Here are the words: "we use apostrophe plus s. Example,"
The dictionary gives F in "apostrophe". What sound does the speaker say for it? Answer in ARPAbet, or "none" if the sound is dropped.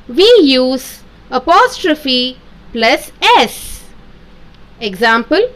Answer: F